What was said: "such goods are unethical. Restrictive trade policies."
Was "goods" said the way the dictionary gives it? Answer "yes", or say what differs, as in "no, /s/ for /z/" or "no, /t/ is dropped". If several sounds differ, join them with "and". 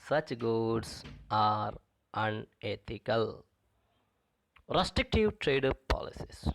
no, /s/ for /z/